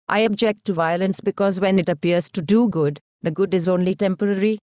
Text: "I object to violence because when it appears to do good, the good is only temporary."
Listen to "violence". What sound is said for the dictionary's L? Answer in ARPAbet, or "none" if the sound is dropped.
L